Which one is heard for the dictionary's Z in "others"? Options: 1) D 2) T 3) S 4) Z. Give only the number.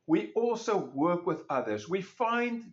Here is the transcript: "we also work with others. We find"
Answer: 4